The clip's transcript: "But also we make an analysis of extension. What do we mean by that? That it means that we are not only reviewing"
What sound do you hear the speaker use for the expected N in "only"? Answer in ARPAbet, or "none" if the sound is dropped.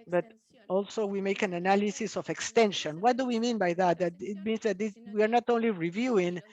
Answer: N